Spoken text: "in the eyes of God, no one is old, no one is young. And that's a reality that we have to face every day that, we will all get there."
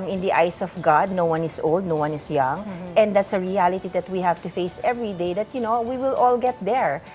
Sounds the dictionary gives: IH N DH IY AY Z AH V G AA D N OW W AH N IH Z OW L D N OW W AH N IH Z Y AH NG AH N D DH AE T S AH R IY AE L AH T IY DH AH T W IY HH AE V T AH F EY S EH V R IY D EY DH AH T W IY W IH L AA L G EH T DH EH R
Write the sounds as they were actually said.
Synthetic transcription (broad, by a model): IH N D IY AY S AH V G AA D N OW W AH N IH S OW L D N OW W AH N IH S Y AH NG AH N D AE T S AH R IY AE L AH T IY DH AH T W IY HH AE V T AH F EY S EH V R IY D EY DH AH T W IY W IH L AA L G EH T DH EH R